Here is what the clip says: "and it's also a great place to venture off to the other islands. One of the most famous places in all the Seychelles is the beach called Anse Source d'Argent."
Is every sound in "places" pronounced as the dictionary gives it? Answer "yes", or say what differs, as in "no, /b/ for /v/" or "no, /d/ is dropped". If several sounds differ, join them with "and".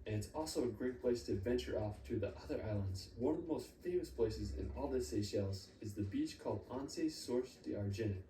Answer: yes